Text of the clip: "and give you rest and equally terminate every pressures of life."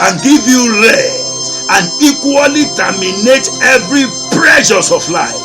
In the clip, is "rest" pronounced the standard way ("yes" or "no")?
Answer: no